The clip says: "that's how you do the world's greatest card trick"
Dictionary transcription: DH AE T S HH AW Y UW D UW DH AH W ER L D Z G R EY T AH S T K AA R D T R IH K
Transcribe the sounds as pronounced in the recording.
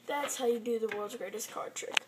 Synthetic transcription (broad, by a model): DH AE T S HH AW Y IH D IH DH AH W ER L D Z G R EY T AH S K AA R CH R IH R